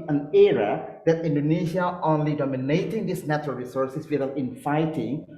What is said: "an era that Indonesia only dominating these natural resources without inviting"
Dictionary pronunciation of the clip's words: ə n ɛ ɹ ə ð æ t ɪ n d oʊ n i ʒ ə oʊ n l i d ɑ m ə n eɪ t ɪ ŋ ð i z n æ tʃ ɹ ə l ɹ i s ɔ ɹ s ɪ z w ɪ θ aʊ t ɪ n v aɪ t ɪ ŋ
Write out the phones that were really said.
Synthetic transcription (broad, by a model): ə n ɛ ɹ ə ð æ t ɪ n d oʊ n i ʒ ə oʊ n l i d ɑ m ə n eɪ t ɪ ŋ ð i s n æ tʃ ɹ ə l ɹ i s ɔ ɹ s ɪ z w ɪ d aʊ ɪ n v aɪ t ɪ ŋ